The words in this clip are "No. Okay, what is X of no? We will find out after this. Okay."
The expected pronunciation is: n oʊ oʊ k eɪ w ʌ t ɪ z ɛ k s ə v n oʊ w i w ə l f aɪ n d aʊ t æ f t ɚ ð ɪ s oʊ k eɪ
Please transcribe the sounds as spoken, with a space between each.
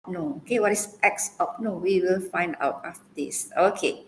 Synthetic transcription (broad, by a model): n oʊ oʊ k eɪ w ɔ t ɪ s ɛ k s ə p n oʊ w i w ə l f aɪ n d aʊ t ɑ f t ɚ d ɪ s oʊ k eɪ